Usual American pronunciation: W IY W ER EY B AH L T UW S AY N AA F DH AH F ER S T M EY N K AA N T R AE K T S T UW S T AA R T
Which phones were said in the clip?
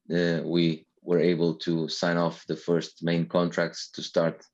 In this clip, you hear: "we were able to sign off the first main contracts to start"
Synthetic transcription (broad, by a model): W IY W ER EY B AH L T UW S AY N AA F DH AH F ER S T M EY N K AA N T R AE K T S T UW S T AA R T